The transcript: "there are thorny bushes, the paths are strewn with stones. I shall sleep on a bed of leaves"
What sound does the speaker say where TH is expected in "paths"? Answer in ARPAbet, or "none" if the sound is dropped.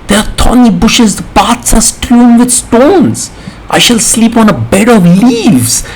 T